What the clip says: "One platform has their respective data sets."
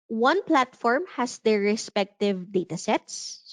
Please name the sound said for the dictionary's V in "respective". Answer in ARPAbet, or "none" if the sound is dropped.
V